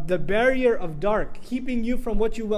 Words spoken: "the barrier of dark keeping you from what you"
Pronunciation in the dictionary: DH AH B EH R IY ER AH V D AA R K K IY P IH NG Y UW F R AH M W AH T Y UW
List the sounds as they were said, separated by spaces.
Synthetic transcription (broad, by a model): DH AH B EH R IY ER AH V D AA R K K IY P IH NG Y UW F R AH M W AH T Y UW